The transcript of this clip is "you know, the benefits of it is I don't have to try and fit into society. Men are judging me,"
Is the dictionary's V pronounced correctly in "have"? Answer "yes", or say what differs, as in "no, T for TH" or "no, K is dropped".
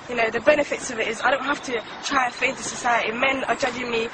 no, F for V